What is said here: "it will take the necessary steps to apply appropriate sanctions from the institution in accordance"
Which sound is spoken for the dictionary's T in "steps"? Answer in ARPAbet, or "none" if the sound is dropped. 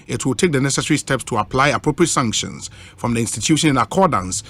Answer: T